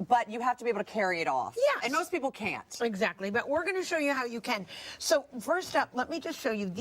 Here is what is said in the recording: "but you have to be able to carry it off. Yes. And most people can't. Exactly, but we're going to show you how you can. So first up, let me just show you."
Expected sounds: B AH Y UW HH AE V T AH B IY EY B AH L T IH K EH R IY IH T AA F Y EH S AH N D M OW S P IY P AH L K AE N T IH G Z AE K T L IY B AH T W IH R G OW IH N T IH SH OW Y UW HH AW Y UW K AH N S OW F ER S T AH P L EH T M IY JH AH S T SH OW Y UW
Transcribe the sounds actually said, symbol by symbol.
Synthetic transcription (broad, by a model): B AH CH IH HH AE F T AH B IY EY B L T IH K EH R IY IH T AA F Y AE AH N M OW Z P IY P L K AE N T IH G Z AE K T L IY B AH T W IH R G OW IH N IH SH OW Y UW HH AW Y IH K AH N S OW F ER S T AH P L EH T M IY JH AH S T SH OW Y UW